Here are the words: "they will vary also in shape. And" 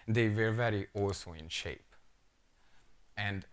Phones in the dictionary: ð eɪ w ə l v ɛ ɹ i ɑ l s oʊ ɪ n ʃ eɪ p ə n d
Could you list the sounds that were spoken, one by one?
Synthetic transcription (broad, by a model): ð eɪ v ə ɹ v ɛ ɹ i ɑ l s oʊ ɪ n ʃ eɪ p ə n d